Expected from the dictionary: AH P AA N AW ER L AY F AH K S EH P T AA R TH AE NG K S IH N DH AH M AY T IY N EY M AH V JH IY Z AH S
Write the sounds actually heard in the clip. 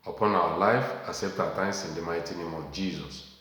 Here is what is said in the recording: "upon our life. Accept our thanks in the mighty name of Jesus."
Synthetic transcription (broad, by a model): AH P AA N AW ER L AY F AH S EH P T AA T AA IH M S IH N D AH M AY T IY N EY M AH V JH IY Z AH S